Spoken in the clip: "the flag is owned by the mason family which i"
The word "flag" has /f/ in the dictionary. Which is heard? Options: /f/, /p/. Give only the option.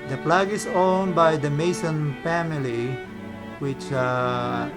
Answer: /p/